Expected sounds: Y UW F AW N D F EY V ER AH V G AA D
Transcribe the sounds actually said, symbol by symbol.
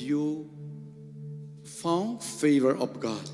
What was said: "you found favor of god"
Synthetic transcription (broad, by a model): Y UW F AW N F EY V ER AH P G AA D